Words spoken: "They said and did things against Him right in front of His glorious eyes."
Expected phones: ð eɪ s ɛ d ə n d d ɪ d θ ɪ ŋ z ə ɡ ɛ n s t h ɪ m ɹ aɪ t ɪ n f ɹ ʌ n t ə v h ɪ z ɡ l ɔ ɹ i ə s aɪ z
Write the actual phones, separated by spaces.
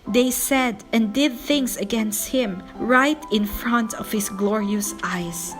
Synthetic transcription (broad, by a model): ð eɪ s ɛ d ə n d d ɪ d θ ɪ ŋ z ə ɡ ɛ n s t h ɪ m ɹ aɪ t ɪ n f ɹ ʌ n t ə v h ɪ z ɡ l ɔ ɹ i ə s aɪ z